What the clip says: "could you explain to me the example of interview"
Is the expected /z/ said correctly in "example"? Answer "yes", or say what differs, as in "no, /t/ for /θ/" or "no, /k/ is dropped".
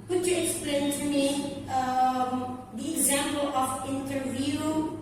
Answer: yes